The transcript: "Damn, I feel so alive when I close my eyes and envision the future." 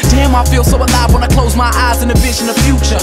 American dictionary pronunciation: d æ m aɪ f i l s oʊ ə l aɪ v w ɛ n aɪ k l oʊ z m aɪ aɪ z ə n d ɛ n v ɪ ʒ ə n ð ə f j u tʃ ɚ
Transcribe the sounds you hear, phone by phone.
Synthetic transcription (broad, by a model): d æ m aɪ f i l s oʊ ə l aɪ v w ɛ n aɪ k l oʊ z m aɪ aɪ z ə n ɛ v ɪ ʃ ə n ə f j u tʃ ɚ